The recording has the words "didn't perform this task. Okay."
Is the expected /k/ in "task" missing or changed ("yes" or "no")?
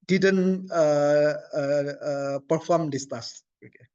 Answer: yes